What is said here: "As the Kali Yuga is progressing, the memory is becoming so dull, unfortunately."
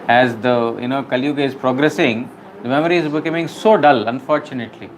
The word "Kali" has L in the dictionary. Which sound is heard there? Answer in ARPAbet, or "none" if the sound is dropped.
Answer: N